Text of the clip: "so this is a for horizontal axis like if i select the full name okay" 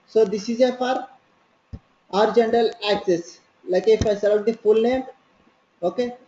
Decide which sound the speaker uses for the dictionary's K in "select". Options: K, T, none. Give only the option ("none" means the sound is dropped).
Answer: none